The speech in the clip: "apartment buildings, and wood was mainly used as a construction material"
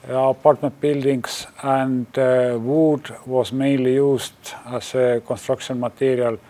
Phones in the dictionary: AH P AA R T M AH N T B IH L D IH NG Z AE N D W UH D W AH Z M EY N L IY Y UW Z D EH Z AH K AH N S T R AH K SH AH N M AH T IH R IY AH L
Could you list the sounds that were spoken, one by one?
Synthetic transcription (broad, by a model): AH P AA R T M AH N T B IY L D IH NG S AE N D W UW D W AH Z M EY N L IY Y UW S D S AH K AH N S T R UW K S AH N M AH T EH R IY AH L